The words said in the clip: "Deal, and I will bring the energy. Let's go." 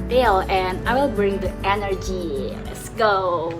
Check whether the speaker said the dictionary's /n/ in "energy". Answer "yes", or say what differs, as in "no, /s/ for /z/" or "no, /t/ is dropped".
yes